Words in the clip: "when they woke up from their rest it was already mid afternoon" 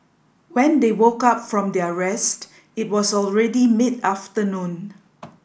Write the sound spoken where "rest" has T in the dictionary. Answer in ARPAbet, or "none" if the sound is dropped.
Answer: T